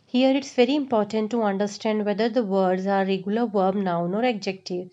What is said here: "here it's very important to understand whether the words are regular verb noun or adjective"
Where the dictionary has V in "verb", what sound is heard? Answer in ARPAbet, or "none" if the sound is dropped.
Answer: V